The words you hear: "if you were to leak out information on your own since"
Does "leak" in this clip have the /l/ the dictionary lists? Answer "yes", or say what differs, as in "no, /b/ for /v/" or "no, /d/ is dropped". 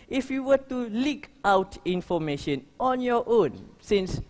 yes